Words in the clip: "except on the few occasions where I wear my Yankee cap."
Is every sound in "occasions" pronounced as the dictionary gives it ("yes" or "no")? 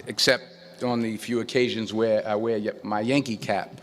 yes